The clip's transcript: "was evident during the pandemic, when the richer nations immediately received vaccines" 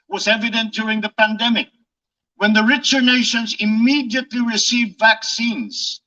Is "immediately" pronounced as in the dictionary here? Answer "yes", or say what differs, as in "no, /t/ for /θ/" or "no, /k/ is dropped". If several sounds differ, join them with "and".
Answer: yes